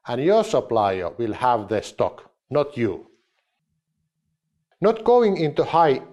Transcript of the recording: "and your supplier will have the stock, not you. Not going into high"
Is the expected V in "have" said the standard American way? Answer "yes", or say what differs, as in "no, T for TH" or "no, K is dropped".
yes